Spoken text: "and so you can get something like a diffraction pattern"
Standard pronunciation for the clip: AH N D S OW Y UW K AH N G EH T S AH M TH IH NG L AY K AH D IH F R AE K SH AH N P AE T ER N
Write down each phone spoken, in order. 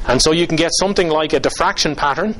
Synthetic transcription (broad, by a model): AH N S OW Y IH K AH N G EH T S AH M TH IH NG L AY K AH D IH F R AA K SH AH N P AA T ER N